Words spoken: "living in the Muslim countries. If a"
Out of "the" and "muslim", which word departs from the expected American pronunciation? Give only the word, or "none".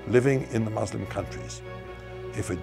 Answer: none